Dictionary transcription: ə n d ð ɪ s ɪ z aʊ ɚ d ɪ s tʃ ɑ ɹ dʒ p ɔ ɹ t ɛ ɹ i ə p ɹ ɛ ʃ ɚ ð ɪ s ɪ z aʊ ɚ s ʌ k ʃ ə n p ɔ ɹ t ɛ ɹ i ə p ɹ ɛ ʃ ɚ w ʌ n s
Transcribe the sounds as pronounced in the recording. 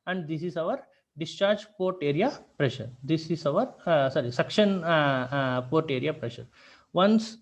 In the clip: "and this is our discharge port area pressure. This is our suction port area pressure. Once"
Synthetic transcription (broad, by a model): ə n d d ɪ s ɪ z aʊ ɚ d ɪ s tʃ ɑ ɹ dʒ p ɔ ɹ t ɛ ɹ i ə p ɹ ɛ ʃ ɚ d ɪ s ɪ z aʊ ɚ s ʌ k ʃ ə n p ɔ ɹ t ɛ ɹ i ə p ɹ ɛ ʃ ɚ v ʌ n s